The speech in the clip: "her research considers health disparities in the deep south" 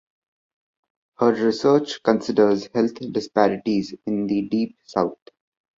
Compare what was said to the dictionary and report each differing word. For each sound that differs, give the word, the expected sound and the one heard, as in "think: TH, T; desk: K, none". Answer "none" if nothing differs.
health: TH, T; south: TH, T